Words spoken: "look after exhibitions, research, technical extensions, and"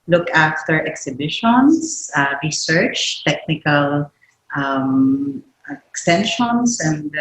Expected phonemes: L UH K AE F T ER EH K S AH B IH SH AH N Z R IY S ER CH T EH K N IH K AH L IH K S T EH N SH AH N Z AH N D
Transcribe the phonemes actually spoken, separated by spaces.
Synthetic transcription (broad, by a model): L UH K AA F T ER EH K S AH B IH SH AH N S R IY S ER CH T EH K N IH K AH L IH K S T EH N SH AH N S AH N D